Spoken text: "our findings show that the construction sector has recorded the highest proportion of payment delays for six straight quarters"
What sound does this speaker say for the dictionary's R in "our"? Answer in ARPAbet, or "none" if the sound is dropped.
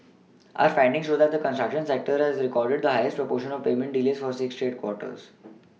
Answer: R